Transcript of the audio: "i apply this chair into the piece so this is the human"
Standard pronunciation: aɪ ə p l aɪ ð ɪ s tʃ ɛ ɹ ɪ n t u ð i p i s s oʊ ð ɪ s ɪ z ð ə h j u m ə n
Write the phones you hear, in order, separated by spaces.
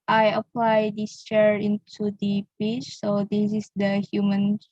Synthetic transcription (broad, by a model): aɪ ə p l aɪ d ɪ s tʃ ɛ ɹ ɪ n t u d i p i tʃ s oʊ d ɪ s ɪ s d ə h j u m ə n